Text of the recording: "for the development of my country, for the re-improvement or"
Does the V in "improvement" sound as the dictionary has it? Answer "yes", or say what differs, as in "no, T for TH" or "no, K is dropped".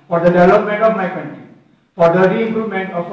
no, V is dropped